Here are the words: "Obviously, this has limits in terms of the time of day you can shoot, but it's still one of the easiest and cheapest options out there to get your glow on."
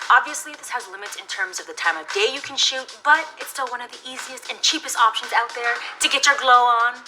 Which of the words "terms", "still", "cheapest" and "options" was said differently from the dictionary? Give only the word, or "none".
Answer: none